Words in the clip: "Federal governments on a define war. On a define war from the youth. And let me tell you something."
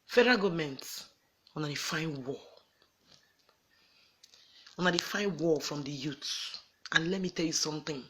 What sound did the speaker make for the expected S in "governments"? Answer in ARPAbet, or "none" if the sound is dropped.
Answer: none